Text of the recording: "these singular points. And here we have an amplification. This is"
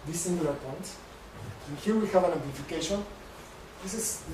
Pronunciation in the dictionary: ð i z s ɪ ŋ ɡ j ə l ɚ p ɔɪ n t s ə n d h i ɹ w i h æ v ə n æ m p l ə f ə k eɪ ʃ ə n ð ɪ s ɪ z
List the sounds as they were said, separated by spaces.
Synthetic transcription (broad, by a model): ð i s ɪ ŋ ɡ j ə l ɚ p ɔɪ n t ə n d h i ɹ w i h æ v ə n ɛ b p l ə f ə k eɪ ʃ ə n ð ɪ s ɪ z